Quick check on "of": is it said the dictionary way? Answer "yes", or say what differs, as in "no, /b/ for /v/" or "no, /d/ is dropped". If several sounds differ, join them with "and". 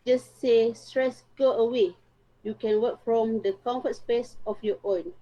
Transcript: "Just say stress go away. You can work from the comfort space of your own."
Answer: no, /f/ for /v/